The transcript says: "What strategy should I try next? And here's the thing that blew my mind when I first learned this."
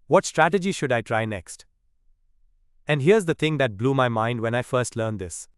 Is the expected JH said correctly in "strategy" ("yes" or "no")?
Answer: yes